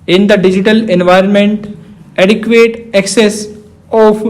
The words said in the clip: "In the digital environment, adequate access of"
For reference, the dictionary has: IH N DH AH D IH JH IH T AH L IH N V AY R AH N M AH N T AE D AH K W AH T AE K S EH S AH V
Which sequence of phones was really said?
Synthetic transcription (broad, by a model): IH N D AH D IH JH IH T AH L IH N V AY R AH N M AH N T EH D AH K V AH T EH K S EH S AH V